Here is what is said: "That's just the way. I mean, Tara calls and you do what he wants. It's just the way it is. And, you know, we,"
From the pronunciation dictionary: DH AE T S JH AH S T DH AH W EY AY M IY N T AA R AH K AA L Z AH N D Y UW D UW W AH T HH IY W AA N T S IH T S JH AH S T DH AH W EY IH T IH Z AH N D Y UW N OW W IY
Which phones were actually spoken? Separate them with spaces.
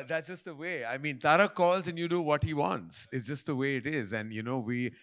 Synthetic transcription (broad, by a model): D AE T S JH AH S T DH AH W EY AY M IY N T AA R AH K AA L Z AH N Y UW D UW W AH T HH IY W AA N T S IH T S JH AH S T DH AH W EY IH T IH Z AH N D Y UW N OW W IY